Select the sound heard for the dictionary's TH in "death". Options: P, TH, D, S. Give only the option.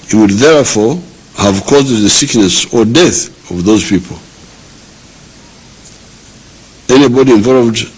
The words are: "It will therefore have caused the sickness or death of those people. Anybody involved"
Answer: TH